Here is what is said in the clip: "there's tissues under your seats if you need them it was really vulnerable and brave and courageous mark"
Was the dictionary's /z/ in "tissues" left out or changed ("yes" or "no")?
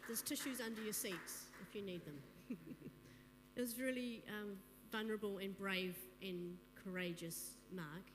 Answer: no